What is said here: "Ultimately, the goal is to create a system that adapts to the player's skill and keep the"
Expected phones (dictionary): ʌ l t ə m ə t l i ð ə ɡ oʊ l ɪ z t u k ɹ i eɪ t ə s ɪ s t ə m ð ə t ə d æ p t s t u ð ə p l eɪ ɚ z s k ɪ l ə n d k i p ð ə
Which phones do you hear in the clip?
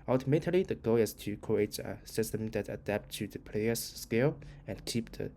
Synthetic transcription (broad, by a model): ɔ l t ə m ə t l i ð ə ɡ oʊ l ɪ s t u k i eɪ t ə s ɪ s t ə m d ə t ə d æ p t t u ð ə p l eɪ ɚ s k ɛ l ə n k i p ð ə